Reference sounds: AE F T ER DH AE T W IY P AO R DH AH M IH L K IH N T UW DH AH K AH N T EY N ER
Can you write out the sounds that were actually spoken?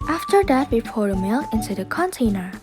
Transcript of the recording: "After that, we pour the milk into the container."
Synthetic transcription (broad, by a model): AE F T ER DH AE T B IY F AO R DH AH M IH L IH N T UW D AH K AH N T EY N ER